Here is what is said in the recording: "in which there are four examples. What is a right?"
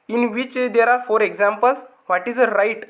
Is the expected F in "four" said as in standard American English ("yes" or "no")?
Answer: yes